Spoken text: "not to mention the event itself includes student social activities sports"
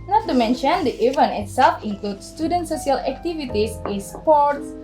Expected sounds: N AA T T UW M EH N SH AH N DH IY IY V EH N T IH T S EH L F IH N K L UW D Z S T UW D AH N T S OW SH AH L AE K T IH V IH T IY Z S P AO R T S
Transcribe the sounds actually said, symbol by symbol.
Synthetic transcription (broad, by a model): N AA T T UW M EH N SH AH N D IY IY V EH N IH T S EH L F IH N K L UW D S T UW D AH N T S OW S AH L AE K T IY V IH T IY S S P AO R T S